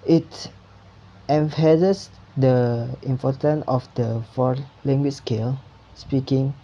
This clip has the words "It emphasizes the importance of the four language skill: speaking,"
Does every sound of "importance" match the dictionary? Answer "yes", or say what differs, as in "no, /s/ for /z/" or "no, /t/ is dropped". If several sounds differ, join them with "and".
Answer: no, /s/ is dropped